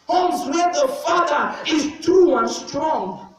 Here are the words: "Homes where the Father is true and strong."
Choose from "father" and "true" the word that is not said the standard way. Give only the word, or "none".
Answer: true